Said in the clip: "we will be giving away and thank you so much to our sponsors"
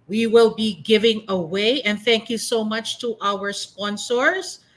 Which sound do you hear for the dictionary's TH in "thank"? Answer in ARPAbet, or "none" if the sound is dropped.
TH